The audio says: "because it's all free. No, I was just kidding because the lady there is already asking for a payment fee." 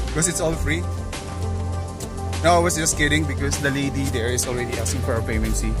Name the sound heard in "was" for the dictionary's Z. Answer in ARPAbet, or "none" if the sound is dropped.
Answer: S